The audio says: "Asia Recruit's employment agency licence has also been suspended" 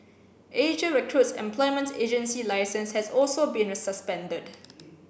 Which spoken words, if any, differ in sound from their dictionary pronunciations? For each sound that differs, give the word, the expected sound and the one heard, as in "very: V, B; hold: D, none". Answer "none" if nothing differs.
none